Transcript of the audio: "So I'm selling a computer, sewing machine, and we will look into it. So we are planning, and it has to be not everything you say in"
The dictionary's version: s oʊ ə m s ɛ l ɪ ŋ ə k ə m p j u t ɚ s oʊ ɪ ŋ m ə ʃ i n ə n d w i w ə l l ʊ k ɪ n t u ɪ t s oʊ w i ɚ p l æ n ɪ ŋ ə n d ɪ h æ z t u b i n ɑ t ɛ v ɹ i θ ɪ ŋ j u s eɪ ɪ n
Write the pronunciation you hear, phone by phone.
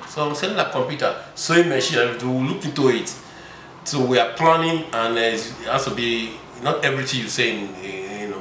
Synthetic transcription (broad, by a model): s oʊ ə m s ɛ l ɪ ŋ ə k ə m p j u t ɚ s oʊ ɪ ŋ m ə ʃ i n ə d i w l l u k ɪ n t u ɪ t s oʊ w i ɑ p l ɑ n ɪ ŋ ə n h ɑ s t u b i n ɑ t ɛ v ɹ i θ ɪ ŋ j u s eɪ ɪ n